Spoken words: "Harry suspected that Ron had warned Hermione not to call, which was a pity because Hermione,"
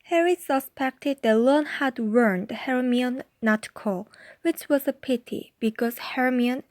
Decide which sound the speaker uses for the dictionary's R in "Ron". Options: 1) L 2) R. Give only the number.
1